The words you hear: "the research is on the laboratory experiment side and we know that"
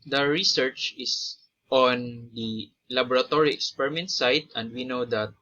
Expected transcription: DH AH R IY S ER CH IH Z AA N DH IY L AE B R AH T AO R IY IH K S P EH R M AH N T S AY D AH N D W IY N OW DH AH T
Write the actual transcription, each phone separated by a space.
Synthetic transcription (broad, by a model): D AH R IY S ER CH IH S AA N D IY L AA B R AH T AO R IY IH K S P EH R M AH N T S AY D AH N D W IY N OW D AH T